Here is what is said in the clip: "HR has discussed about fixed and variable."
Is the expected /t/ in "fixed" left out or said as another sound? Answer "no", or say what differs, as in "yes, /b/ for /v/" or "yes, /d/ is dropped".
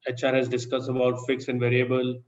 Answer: yes, /t/ is dropped